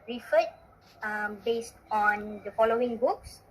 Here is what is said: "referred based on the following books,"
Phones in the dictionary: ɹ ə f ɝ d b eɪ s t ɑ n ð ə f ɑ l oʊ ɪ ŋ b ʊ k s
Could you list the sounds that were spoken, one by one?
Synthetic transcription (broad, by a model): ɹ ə f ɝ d b eɪ s t ɑ n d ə f ɑ l oʊ ɪ ŋ b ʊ k s